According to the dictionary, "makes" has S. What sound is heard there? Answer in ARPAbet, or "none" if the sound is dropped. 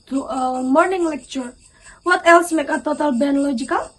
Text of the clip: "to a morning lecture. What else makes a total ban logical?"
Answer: none